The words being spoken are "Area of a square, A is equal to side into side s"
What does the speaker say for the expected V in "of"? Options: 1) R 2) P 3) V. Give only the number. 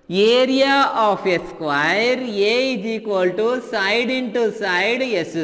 2